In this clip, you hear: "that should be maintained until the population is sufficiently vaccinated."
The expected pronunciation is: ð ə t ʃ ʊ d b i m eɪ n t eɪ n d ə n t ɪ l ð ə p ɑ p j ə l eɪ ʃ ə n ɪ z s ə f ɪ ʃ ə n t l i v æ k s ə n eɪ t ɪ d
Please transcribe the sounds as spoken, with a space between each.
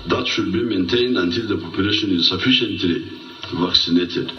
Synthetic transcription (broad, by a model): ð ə t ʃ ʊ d b i m eɪ n t eɪ n d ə n t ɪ l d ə p ɑ p j ə l eɪ ʃ ə n ɪ z s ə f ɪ ʃ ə n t l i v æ k s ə n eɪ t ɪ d